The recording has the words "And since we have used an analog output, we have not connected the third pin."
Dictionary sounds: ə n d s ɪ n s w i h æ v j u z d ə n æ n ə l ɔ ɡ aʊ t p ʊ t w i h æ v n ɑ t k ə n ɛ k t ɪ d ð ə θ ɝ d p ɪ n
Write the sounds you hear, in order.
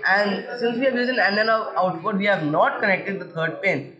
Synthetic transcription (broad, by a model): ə n d s ɪ n s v i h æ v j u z ə n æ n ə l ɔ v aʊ t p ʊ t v i h æ v n ɑ t k ə n ɛ k t ɪ d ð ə t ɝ d p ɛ n